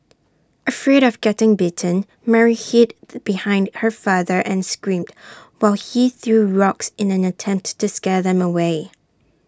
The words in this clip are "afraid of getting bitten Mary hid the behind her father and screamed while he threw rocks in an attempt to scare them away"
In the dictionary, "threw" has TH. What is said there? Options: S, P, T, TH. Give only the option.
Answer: TH